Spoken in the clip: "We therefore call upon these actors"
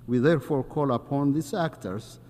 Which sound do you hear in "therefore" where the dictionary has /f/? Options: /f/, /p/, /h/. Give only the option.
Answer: /f/